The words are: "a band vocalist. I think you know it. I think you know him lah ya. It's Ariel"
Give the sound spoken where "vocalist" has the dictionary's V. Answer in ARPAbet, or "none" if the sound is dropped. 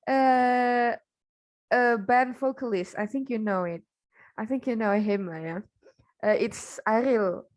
F